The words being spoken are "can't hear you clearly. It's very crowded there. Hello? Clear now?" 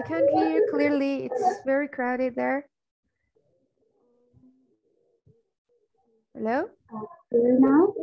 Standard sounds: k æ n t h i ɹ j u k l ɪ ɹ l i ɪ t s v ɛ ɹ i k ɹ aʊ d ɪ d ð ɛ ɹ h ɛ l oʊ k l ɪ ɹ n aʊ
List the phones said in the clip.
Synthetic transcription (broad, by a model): k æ n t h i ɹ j k l ɪ ɹ l i ɪ t s v ɛ ɹ i k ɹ aʊ d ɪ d ð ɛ ɹ h ɛ l oʊ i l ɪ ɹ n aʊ